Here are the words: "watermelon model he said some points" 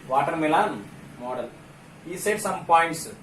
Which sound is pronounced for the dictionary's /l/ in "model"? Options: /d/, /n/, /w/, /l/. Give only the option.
/l/